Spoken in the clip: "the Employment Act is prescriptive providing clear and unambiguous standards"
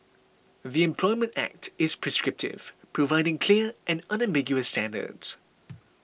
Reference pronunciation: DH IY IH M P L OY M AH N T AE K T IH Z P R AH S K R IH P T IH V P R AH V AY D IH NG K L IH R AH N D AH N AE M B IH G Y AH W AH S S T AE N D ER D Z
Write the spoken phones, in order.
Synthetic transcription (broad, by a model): DH IY IH M P L OY M AH N T AE K T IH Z P R AH S K R IH P T IH V P R AH V AY D IH NG K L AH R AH N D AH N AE M B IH G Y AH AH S S T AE N D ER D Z